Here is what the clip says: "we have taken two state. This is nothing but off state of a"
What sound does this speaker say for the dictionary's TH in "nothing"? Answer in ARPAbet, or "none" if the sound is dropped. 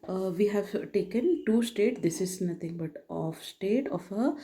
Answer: T